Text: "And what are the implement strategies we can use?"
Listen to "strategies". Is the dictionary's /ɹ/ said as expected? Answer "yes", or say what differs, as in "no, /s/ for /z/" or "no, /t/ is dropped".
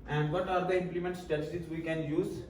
no, /ɹ/ is dropped